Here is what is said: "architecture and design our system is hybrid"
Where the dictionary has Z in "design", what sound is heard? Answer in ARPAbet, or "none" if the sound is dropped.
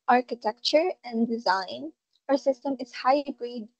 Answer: Z